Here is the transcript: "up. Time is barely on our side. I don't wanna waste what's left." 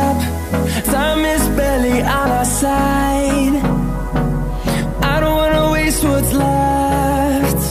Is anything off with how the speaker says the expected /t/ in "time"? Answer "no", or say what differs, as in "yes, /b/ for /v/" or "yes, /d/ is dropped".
yes, /s/ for /t/